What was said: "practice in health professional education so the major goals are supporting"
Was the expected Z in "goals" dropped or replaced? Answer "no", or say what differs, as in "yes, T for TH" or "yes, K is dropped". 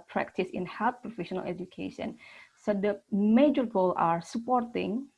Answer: yes, Z is dropped